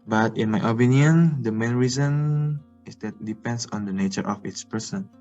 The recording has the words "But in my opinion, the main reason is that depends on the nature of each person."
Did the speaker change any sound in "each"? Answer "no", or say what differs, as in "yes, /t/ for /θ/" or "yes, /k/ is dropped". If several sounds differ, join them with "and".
yes, /s/ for /tʃ/